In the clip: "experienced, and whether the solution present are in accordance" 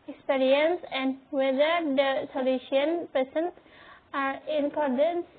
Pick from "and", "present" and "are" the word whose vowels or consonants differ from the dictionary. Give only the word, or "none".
present